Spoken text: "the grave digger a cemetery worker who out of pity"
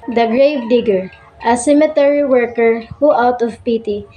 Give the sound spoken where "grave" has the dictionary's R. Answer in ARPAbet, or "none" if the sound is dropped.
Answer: R